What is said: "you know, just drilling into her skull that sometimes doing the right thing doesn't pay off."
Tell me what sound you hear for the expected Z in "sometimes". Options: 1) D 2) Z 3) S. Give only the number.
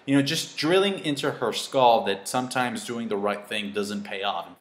2